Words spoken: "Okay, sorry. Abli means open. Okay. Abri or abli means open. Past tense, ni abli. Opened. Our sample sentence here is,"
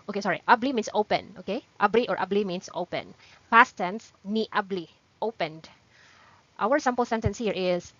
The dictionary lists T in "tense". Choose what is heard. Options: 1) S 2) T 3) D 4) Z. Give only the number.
2